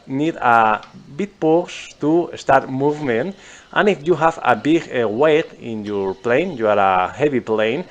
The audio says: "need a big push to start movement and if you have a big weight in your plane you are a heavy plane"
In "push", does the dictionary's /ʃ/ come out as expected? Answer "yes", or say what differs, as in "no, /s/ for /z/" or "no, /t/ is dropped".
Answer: no, /s/ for /ʃ/